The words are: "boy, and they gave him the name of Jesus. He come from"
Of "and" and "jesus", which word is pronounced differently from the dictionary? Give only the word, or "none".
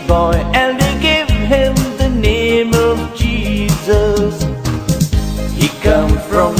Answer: none